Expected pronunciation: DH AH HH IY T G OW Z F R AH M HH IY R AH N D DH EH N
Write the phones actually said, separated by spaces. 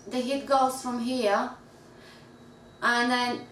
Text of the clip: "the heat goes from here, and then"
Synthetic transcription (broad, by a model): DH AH HH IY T G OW F R AH M HH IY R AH N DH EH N